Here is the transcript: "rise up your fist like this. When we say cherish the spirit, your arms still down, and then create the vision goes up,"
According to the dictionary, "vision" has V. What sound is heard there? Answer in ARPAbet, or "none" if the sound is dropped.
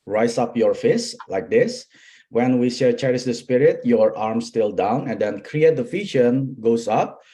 F